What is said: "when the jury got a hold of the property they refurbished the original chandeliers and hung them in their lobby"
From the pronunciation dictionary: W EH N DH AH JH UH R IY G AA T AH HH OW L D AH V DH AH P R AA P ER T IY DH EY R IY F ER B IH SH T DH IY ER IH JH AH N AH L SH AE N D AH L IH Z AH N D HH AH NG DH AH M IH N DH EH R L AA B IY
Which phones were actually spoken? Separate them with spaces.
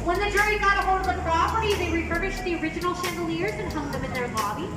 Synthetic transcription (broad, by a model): W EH N DH AH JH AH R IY G AA T AH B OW D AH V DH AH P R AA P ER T IY DH EY R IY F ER IH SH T DH IY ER IH JH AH N L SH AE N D L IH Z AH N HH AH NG DH AH M IH N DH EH R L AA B IY